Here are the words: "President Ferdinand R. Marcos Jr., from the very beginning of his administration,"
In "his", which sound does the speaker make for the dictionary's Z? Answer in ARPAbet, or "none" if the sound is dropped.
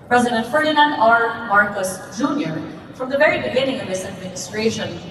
S